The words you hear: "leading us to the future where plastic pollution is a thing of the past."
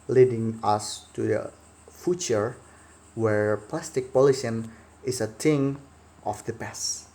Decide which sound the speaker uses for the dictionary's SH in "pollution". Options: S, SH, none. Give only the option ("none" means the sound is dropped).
S